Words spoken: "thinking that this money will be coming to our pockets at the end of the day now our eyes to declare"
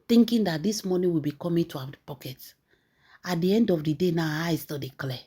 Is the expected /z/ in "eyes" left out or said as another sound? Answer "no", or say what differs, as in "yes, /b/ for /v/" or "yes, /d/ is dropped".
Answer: yes, /s/ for /z/